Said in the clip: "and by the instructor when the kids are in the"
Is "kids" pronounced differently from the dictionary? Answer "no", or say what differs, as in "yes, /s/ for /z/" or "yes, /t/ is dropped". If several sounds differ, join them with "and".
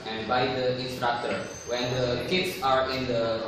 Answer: yes, /s/ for /z/